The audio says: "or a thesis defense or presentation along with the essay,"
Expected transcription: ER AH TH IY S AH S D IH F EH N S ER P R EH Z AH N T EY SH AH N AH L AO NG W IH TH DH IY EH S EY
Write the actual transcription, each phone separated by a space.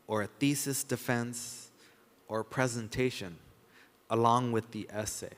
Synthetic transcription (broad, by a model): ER AH TH IY S AH S D IH F EH N S ER P R EH Z AH N T EY SH AH N AH L AO NG W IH DH IY EH S EY